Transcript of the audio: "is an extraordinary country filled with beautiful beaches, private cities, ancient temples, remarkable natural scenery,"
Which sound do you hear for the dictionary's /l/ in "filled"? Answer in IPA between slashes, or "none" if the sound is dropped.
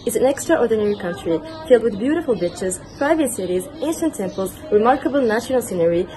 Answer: /l/